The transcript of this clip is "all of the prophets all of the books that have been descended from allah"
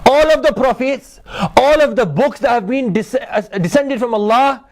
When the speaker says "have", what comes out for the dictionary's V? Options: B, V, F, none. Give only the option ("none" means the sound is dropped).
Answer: V